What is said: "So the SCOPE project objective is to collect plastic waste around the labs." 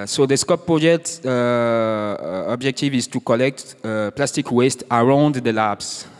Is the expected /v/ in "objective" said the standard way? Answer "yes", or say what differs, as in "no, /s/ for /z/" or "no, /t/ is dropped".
yes